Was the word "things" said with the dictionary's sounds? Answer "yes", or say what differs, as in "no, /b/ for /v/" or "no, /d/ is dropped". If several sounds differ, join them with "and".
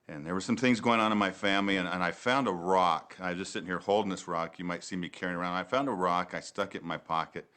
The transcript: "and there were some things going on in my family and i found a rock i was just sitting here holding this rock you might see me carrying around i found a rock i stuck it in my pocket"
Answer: yes